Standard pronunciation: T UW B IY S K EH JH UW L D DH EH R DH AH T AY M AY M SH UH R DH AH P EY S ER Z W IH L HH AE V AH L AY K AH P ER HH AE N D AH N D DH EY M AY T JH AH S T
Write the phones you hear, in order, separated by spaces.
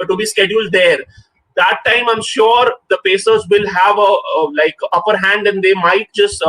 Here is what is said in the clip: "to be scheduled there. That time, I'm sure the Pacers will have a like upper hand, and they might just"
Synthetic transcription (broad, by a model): T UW B IY S K EH JH UW L D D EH R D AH T AY M AY M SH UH R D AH P EY S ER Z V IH L HH AE V AH L AY K AH P ER HH AE N D AH N D EY M AY T JH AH S T